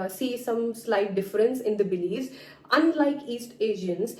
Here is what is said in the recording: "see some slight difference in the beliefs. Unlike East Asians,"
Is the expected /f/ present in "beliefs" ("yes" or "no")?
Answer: no